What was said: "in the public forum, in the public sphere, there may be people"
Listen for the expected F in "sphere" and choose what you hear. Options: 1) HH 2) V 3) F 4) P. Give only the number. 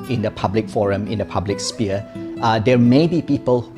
4